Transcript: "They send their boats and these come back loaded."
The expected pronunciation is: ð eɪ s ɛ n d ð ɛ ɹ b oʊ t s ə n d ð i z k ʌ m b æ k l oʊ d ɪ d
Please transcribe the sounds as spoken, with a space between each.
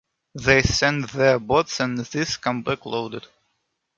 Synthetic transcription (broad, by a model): ð eɪ s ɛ n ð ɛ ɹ b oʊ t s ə n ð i s k ʌ m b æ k l oʊ d ɪ d